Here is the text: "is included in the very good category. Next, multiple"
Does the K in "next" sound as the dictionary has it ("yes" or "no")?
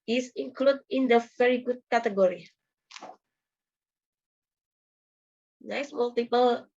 no